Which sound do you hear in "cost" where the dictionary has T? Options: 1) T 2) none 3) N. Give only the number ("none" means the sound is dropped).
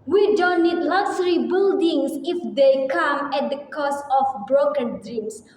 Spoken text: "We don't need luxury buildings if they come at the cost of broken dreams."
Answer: 2